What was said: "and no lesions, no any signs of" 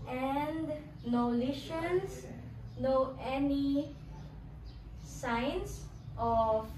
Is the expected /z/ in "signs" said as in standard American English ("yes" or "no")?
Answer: no